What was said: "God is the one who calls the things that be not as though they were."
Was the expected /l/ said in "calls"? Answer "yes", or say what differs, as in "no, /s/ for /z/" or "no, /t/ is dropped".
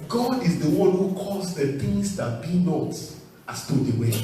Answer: no, /l/ is dropped